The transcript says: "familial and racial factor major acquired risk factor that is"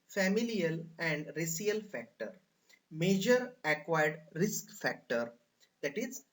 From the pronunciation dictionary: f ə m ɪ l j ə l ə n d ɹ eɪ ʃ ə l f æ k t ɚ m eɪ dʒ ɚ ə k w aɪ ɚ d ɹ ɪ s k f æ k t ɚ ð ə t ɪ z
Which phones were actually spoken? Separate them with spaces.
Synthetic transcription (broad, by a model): f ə m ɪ l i ə l ə n d ɹ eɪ s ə l f æ k t ɚ m eɪ dʒ ɚ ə k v aɪ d ɹ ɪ s k f æ k t ɚ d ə t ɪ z